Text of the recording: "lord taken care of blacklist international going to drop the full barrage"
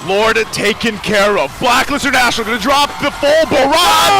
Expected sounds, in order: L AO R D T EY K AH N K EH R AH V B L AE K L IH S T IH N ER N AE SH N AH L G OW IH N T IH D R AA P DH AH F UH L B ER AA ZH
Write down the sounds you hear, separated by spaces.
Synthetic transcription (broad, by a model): L AO R D T EY K AH N K EH R AH V B L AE K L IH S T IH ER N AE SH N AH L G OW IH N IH D R AA P DH AH F UH L B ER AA